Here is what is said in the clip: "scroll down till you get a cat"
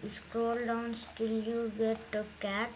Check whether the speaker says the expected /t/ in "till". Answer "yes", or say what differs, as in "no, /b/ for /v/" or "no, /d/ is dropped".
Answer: yes